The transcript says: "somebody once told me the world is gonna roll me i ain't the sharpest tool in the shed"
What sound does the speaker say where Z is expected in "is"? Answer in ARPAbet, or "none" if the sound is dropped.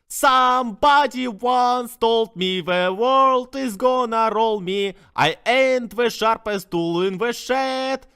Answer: Z